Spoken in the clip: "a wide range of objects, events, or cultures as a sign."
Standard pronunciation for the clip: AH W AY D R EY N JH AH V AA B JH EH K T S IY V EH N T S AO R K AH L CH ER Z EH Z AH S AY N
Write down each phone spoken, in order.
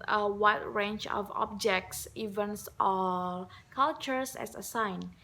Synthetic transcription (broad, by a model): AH W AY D R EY N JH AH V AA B JH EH K T S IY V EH N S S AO L K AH L CH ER S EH S AH S AY N